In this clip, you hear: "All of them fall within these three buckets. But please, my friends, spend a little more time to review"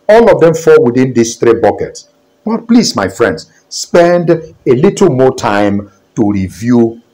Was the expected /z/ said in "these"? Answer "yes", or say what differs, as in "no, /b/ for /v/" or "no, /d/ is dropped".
no, /s/ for /z/